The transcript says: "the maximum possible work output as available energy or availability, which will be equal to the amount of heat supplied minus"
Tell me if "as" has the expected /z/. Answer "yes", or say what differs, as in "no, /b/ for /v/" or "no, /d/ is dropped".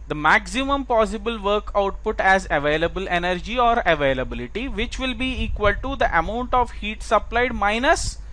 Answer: yes